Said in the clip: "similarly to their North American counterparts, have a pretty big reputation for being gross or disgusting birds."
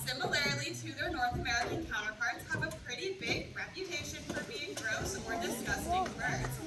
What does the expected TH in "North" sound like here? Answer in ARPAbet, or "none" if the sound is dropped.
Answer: TH